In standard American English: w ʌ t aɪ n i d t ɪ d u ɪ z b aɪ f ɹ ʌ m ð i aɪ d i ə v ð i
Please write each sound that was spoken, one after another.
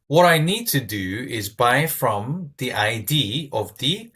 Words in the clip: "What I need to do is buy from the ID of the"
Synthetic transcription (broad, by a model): w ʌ t aɪ n i d t ɪ d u ɪ z b aɪ f ɹ ʌ m ð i aɪ d i ə v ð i